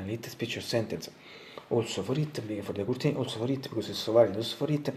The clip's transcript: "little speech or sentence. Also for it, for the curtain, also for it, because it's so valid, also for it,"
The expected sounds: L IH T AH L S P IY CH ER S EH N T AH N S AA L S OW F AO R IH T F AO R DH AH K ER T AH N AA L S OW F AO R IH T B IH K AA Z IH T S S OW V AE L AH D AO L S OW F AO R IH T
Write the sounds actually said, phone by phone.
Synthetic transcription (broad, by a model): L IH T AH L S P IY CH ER S EH N T AH N S AA L S OW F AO R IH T F AO R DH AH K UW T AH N AA L S OW F AO R IH T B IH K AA S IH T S S OW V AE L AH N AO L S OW F AO R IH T